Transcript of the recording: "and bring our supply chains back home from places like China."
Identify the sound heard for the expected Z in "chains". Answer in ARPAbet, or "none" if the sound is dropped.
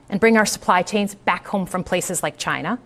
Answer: Z